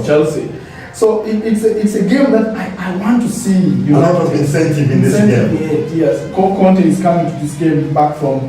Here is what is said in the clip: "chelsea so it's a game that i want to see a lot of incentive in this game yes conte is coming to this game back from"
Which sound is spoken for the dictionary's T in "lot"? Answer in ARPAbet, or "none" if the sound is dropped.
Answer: none